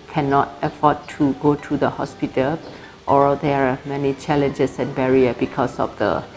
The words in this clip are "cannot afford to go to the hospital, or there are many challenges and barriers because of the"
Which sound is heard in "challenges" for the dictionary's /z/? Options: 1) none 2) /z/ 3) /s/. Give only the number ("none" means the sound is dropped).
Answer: 3